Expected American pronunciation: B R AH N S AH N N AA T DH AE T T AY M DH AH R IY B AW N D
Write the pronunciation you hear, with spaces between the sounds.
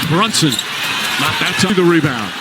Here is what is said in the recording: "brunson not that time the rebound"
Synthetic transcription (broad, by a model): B R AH N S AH N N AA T DH AE T S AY DH AH R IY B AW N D